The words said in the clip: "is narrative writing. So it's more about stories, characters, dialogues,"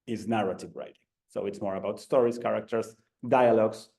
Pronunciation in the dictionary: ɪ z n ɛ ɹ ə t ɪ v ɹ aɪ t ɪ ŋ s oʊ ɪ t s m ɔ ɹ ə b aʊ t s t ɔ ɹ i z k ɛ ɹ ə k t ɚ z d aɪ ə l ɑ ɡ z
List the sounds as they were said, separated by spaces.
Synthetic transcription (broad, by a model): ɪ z n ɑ ɹ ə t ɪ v ɹ aɪ t ɪ ŋ s oʊ ɪ t s m ɔ ɹ ə b aʊ t s t ɔ ɹ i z k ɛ ɹ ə k t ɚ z d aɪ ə l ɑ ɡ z